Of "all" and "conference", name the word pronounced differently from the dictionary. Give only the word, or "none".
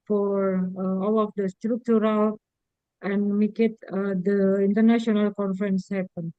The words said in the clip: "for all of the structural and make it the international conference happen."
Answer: none